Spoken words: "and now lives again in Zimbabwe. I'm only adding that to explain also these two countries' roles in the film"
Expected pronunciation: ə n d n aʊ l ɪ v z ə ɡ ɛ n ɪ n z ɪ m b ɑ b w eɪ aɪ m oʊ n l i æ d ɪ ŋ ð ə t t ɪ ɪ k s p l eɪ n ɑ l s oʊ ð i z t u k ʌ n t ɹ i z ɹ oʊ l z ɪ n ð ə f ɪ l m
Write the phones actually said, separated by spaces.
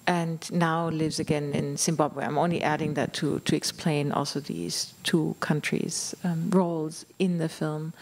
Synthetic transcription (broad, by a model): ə n n aʊ l ɪ v z ə ɡ ɛ n ɪ n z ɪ m b ɑ b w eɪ aɪ m oʊ n l i æ d ɪ ŋ ð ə t t ɪ ɪ k s p l eɪ n ɑ l s oʊ ð i z t u k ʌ n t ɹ i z ɹ oʊ l z ɪ n ð ə f ɪ l m